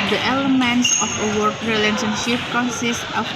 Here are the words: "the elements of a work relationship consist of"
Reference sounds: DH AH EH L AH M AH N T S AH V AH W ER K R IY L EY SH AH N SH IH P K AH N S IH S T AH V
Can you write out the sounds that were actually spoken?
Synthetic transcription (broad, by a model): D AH EH L AH M AH N T S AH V AH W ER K R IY L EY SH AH N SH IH P K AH N S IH S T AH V